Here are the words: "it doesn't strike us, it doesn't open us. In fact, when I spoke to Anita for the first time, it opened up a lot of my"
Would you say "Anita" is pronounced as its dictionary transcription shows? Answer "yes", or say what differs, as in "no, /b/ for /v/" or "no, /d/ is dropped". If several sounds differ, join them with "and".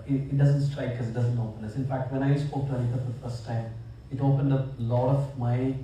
no, /l/ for /n/